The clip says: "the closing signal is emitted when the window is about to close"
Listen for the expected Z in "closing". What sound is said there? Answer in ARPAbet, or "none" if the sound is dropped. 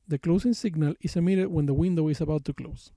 S